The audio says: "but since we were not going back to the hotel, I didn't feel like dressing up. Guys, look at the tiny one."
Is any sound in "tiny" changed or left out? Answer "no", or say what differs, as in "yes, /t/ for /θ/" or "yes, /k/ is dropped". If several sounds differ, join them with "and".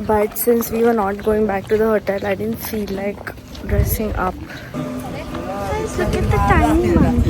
yes, /n/ is dropped